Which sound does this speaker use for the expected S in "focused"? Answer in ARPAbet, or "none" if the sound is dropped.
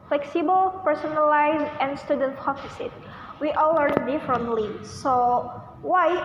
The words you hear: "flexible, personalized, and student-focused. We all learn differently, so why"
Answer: none